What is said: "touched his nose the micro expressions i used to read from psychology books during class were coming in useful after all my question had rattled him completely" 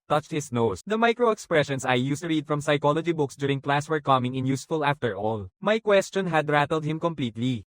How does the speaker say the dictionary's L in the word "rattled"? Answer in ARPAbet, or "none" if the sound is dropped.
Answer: L